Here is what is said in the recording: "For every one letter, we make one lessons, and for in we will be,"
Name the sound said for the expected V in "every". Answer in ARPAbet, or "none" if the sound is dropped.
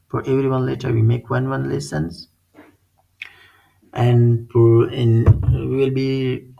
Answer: V